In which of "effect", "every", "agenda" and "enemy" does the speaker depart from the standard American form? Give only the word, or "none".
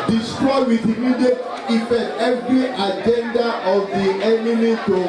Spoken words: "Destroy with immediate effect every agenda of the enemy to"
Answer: effect